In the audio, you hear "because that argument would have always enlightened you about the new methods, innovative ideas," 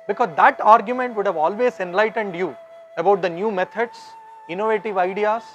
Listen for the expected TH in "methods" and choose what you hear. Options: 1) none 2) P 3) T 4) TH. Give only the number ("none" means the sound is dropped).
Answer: 3